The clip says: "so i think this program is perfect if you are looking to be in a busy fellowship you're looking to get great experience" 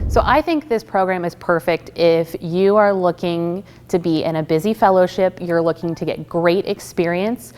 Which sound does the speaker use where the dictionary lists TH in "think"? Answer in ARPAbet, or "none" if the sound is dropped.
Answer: TH